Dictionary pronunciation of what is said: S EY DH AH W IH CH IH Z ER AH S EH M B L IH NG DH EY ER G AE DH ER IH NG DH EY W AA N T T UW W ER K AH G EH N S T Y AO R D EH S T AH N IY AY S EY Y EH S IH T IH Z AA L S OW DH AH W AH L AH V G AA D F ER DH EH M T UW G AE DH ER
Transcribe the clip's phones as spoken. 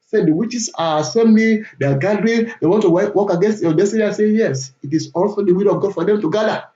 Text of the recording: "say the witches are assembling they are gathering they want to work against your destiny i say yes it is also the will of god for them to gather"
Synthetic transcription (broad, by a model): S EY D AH W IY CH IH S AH S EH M L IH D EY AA G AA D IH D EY W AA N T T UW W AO K AH G EH N S T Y AO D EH S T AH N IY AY S EY Y EH S IH T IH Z AA L S OW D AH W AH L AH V G AA D F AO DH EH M T UW G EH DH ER